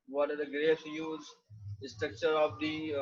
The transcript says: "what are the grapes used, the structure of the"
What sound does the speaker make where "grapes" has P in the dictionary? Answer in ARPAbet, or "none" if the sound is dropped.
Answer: none